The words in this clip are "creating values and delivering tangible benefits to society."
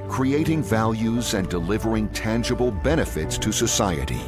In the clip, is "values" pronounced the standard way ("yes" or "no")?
yes